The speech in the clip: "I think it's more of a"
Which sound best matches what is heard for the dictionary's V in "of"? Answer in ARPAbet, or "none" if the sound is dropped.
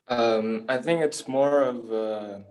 V